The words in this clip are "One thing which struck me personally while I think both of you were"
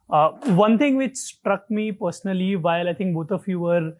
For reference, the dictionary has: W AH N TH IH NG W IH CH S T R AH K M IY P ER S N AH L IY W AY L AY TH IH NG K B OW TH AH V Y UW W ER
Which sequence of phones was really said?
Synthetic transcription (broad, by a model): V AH N T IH NG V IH CH S T R AH K M IY P ER S N AH L IY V AY L AY T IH NG K B OW T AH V Y UW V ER